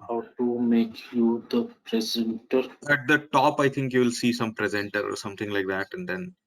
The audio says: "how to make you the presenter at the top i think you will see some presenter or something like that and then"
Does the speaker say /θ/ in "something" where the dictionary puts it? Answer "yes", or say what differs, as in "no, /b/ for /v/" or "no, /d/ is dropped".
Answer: no, /t/ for /θ/